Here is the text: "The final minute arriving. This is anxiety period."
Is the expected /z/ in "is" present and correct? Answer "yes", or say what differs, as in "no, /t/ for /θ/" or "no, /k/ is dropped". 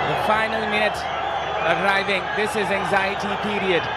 yes